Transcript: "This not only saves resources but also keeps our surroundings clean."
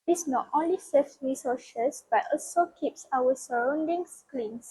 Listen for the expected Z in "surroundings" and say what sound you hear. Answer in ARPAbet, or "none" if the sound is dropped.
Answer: S